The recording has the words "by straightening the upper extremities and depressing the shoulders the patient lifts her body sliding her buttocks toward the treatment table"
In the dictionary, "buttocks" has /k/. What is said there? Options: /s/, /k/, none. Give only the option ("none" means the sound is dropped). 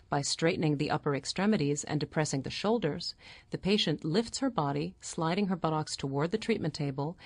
/k/